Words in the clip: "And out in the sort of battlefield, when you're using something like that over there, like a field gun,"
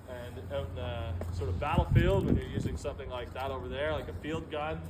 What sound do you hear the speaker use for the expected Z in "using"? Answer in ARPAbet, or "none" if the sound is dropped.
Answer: Z